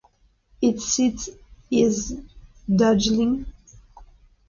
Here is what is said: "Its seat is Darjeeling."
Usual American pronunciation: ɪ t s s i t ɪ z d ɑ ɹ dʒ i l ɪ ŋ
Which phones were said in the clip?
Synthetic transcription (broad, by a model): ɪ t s s i t ɪ z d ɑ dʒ l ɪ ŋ